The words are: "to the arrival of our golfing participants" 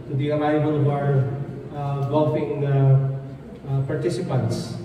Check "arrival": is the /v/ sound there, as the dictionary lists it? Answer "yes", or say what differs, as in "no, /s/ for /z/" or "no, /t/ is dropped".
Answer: no, /b/ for /v/